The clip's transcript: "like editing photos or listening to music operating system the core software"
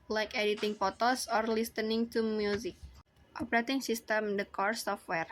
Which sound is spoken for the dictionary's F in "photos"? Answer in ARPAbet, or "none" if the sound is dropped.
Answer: P